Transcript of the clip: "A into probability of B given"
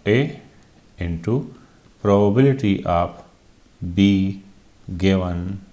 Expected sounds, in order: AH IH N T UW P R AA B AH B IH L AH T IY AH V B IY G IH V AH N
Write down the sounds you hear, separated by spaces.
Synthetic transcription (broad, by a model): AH IH N T UW P R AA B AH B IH L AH T IY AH P B IY G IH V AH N